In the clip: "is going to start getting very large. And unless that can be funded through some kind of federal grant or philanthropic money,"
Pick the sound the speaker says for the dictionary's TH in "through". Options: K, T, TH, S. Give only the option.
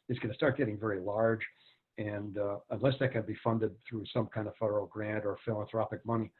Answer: TH